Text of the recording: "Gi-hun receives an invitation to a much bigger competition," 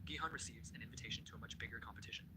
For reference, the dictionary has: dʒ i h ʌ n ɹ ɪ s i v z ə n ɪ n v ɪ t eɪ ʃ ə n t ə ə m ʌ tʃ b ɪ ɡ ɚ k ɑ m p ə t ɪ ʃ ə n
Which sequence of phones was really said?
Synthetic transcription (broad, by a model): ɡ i h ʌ n ɹ ɪ s i v z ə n ɪ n v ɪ t eɪ ʃ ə n t ə ə m ʌ tʃ b ɪ ɡ ɚ k ɑ m p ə t ɪ ʃ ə n